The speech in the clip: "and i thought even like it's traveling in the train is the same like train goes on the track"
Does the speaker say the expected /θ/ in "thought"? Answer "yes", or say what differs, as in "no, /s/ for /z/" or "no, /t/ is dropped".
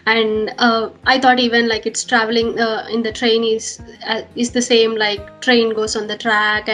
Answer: no, /t/ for /θ/